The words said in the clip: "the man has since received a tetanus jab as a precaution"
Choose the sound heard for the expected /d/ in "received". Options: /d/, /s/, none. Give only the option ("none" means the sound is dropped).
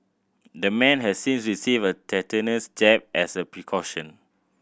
none